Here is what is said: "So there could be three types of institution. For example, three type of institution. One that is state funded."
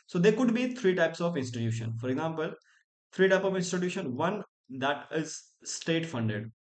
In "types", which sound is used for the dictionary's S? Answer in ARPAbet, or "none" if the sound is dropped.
S